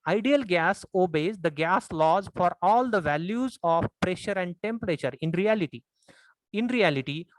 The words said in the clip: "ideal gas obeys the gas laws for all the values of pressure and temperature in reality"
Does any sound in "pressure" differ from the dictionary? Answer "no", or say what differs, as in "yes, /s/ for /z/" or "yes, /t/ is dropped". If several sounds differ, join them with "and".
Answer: no